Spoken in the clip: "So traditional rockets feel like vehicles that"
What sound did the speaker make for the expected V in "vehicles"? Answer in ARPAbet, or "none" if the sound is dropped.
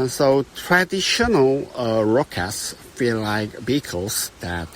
B